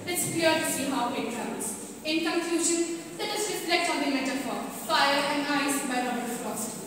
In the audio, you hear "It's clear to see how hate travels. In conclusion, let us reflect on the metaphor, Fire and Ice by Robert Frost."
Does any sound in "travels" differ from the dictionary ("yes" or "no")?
yes